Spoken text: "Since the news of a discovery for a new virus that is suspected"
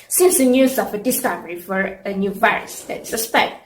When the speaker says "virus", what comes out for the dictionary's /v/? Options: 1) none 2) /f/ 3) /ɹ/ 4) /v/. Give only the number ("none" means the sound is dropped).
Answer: 4